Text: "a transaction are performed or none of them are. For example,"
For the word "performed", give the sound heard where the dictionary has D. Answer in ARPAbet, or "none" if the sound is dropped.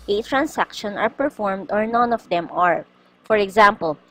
D